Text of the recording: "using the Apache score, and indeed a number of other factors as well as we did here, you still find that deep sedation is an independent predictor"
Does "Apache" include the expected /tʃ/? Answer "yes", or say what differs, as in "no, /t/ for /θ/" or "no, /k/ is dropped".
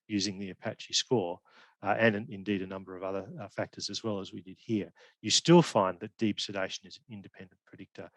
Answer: yes